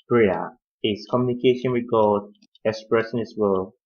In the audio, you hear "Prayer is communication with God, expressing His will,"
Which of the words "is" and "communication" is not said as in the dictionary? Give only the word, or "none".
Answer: is